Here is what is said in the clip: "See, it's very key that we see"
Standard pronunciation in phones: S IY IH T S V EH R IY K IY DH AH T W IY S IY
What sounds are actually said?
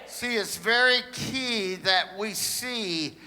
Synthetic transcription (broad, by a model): S IY IH T S V EH R IY K IY DH AH T W IY S IY